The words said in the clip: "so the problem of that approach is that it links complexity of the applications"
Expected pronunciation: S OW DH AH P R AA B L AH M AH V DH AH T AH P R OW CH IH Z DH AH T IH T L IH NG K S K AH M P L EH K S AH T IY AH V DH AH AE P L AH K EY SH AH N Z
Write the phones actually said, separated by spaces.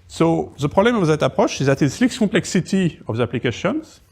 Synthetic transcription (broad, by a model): S OW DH AH P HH AA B L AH M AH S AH T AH P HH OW SH IH Z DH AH T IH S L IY K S K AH P L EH K S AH T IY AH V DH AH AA P L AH K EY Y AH N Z